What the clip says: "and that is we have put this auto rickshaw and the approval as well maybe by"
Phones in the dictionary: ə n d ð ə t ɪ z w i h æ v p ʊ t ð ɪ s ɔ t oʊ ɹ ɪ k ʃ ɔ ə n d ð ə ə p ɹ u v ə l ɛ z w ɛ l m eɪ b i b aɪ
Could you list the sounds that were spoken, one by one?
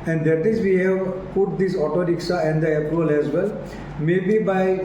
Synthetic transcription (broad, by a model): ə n d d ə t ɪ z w i h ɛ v p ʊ t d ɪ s ɔ t oʊ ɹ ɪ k s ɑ ə n d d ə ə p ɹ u ə l ɛ z w ɛ l m eɪ b i b aɪ